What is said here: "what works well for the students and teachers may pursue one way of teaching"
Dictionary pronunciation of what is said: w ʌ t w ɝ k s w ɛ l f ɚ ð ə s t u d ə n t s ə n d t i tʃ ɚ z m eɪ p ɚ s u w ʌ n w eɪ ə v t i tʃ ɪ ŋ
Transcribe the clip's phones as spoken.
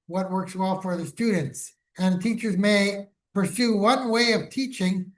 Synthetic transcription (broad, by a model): w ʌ t w ɝ k s w ɛ l f ɚ ð ə s t u d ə n t s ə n t i tʃ ɚ z m eɪ p ɚ s u w ʌ n w eɪ ə v t i tʃ ɪ ŋ